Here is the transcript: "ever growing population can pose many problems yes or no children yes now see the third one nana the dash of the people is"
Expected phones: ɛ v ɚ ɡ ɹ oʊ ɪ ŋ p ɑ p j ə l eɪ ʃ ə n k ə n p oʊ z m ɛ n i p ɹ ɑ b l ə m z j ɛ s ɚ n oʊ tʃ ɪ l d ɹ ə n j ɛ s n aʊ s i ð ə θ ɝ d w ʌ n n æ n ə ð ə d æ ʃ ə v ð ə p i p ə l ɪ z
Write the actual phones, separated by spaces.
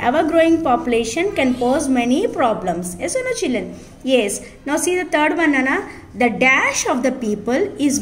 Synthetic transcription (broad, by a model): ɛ v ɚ ɡ ɹ oʊ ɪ ŋ p ɑ p j ə l eɪ ʃ ə n k ə n p oʊ z m ɛ n i p ɹ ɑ b l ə m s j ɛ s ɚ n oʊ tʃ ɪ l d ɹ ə n j ɛ s n aʊ s i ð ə t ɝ d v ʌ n n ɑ n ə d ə d æ ʃ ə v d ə p i p ə l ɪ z